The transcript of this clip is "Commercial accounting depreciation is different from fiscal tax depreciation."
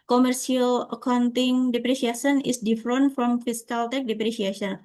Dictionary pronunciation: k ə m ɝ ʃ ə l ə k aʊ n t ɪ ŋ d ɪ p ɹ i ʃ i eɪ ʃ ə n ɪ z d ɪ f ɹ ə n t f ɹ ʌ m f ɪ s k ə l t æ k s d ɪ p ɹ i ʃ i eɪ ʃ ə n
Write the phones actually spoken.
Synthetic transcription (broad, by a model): k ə m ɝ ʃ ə l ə k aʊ n t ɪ ŋ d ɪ p ɹ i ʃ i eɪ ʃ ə n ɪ s d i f ɹ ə n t f ɹ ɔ m f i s k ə l t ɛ k d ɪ p ɹ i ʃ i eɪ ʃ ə n